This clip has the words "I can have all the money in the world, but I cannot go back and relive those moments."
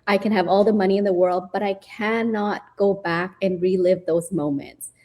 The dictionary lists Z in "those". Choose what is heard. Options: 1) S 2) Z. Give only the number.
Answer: 2